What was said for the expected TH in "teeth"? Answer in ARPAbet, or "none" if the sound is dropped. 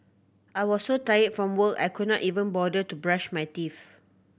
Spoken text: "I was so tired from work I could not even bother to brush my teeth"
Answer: F